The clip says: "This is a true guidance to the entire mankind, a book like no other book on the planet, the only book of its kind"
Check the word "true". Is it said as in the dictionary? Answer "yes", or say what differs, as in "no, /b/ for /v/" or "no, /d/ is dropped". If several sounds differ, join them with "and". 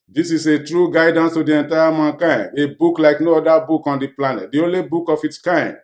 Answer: yes